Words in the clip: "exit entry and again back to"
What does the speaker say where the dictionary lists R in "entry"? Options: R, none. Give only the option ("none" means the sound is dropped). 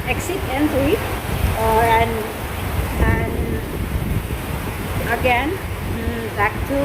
none